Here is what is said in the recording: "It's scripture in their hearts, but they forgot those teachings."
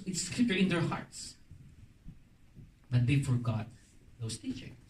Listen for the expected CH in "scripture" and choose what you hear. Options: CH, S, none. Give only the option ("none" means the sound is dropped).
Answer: none